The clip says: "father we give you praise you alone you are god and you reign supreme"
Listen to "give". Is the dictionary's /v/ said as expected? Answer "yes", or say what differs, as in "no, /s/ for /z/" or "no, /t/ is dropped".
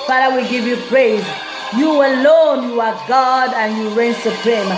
yes